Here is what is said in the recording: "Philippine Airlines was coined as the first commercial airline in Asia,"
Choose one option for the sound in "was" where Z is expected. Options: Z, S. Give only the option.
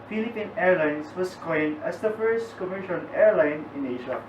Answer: S